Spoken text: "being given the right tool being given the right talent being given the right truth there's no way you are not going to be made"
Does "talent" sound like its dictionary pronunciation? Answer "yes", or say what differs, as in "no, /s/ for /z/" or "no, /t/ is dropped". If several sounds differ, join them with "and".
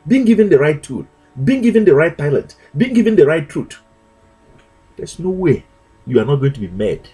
no, /n/ is dropped